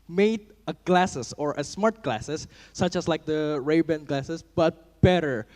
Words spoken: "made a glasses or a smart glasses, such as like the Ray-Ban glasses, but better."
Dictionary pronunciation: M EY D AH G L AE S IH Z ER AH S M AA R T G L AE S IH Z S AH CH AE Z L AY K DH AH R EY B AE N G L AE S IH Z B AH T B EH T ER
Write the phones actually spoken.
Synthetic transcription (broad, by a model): M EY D AH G L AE S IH S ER AH S M AA R T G L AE S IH S AH CH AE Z L AY K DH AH R EY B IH N G L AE S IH S B AH T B EH T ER